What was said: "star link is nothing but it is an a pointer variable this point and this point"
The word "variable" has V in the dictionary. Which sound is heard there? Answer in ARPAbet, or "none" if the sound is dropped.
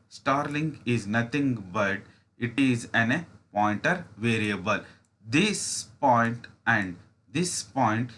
V